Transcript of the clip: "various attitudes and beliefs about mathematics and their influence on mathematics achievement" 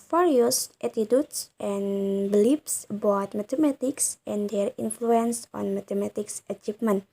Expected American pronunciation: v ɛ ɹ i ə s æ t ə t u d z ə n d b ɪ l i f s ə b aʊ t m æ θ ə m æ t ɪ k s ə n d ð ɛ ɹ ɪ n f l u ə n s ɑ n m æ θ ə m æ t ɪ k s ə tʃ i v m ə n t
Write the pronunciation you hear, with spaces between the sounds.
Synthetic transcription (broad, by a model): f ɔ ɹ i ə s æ t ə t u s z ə n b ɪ l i p s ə b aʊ t m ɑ t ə m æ t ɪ k s ə n d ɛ ɹ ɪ n f l u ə n s ɑ n m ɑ t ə m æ t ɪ k s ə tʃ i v m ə n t